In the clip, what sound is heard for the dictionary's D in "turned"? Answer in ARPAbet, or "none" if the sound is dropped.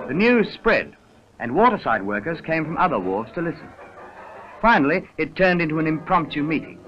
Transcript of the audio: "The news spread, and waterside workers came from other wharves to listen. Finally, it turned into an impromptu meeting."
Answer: D